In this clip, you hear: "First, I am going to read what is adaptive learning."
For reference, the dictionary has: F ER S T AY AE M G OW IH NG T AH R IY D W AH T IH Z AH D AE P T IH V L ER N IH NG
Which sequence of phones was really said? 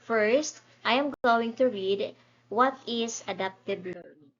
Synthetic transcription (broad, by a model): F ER S T AY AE M G OW IH NG T AH R IY D W AH T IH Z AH D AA P T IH B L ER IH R